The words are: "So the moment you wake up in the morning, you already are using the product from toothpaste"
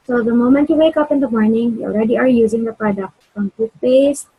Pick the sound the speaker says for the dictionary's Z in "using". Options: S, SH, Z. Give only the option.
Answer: Z